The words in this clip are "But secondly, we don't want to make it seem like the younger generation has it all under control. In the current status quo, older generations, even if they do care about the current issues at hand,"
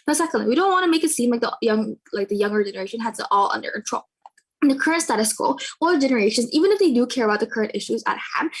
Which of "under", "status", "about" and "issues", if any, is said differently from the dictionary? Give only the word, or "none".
none